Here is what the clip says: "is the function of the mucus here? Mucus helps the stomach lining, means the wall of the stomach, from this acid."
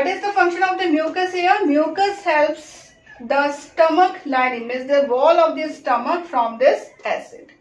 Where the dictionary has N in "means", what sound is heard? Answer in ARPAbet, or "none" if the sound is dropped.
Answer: none